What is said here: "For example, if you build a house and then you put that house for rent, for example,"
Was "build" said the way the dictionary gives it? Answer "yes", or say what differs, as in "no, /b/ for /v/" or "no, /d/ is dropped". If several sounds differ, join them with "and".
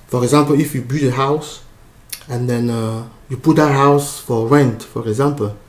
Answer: no, /l/ is dropped